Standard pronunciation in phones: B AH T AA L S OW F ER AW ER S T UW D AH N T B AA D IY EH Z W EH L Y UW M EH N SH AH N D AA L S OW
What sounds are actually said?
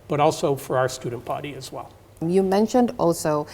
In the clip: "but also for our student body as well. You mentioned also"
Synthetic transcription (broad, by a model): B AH T AA L S OW F ER AW ER S T UW D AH N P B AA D IY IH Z W EH L Y UW M EH N SH AH N D AA L S OW